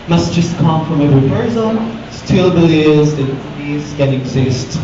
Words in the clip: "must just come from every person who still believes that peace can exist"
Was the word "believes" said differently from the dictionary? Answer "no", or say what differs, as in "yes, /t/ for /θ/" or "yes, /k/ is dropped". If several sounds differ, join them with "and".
yes, /v/ is dropped